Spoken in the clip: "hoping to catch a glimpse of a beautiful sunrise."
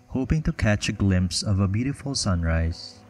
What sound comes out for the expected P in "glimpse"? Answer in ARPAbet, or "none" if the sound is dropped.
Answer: P